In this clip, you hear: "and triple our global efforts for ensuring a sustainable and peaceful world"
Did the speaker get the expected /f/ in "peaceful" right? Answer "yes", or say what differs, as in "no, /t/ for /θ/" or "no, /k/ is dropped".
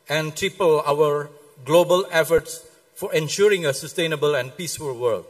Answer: yes